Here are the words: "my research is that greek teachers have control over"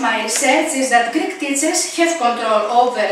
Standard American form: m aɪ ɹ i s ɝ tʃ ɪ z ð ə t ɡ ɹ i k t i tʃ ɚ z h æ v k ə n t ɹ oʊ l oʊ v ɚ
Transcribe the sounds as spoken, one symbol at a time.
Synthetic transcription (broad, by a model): m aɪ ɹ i s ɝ s ɪ z ð ə t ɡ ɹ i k t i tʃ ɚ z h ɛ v k ə n t ɹ oʊ l oʊ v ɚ